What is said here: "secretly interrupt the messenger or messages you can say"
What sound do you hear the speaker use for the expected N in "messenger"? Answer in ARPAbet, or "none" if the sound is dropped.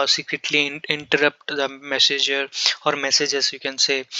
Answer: none